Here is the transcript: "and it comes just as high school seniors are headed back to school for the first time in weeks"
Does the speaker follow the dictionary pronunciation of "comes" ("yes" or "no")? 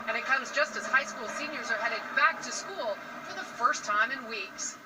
yes